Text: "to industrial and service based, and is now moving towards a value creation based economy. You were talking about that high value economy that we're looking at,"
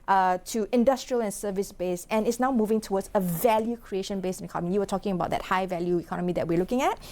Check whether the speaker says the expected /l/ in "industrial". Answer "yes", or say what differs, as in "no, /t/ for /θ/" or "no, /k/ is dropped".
yes